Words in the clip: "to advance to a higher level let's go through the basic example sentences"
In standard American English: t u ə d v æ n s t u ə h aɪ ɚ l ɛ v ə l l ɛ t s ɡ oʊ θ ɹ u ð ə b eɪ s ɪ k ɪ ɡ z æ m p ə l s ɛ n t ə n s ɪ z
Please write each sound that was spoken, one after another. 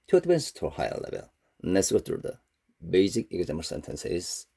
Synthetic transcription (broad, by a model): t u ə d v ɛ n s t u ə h aɪ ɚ l ɛ v ə l n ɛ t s ɡ oʊ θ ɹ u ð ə b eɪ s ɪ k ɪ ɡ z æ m ə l s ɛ n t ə n s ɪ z